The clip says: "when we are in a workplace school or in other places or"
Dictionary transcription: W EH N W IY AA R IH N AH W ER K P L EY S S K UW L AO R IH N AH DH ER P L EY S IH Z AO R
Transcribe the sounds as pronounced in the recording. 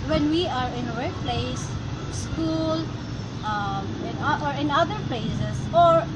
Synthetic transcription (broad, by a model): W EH N W IY AA R IH N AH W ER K P L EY S S K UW L AO R IH N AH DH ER P L EY S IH S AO R